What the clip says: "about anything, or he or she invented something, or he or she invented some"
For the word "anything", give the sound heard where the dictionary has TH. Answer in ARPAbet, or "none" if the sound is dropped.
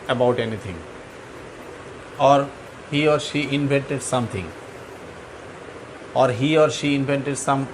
T